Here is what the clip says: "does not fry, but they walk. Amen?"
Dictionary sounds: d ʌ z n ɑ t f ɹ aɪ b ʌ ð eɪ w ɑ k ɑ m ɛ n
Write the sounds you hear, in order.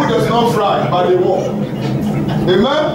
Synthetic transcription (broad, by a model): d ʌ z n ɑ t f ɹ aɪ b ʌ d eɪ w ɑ ɑ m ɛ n